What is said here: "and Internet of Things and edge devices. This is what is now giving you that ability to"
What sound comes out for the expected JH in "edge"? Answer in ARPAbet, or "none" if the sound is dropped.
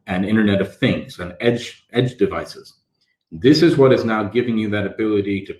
JH